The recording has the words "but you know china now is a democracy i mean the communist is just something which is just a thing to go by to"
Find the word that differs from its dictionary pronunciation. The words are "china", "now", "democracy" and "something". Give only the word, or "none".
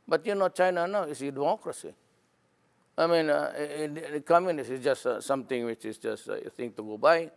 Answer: something